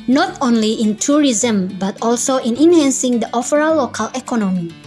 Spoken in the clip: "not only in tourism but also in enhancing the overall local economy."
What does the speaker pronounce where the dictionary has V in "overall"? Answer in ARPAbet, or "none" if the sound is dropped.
F